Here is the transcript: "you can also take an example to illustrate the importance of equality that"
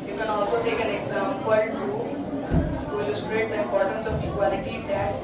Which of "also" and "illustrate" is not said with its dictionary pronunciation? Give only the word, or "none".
none